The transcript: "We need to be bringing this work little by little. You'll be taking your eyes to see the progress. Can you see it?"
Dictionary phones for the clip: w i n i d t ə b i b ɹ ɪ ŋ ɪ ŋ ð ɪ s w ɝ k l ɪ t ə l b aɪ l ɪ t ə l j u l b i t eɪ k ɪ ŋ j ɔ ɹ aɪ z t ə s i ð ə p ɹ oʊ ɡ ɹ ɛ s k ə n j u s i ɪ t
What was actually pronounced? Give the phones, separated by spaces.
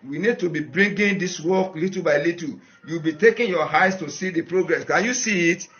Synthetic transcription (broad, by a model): w i n i d t ə b i b ɹ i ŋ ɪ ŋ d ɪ s w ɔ k l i t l b aɪ l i t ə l j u w b i t eɪ k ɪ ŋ j ɔ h aɪ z t ə s i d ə p ɹ oʊ ɡ ɹ ɛ s k ə n j u s i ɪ t